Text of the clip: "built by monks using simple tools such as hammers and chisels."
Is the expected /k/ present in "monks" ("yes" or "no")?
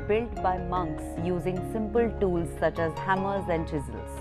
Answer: yes